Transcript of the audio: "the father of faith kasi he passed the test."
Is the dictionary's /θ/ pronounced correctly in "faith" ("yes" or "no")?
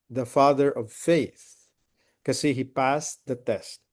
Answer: yes